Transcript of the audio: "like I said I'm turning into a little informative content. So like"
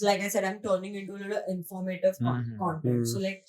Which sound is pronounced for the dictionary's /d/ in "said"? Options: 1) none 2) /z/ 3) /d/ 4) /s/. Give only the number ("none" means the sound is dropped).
3